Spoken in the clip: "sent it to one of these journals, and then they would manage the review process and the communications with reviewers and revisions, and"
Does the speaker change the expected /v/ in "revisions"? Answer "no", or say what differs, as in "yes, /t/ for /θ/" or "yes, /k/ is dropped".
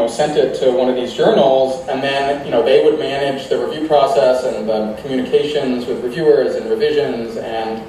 no